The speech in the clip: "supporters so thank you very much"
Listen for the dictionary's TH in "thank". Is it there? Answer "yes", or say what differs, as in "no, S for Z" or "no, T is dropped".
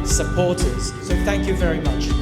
yes